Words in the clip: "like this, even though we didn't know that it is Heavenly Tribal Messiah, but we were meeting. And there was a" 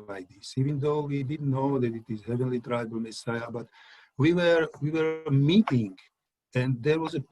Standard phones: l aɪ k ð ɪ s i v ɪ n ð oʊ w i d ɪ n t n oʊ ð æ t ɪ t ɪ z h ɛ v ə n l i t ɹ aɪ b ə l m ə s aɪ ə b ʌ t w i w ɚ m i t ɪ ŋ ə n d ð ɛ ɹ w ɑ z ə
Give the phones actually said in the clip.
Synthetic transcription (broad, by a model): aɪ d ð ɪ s i v ɪ n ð oʊ w i d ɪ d n oʊ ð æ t ɪ t ɪ z h ɛ v ə n l i t ɹ aɪ b ə l m ə s aɪ ə b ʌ t w i w ɚ m i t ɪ ŋ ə n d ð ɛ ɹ w ɑ z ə